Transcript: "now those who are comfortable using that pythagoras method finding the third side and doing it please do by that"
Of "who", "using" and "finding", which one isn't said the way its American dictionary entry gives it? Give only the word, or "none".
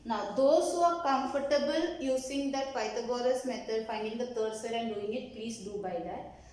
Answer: using